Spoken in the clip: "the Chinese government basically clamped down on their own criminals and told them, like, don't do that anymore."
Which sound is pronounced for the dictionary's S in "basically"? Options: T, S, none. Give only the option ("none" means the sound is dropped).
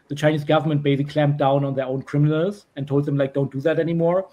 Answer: none